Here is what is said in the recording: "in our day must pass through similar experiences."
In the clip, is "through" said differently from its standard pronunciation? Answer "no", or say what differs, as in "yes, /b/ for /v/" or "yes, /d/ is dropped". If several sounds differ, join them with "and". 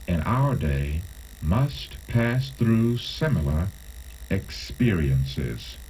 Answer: no